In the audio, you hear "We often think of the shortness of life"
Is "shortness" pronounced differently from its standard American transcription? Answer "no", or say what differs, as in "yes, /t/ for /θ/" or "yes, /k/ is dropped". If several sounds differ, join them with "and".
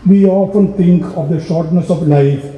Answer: no